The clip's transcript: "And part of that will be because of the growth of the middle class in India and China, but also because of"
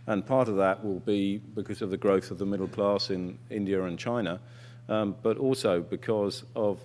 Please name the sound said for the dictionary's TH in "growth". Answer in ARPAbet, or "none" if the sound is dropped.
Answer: TH